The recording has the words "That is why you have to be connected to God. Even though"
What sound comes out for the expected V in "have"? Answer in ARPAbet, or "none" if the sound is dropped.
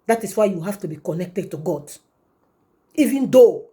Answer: F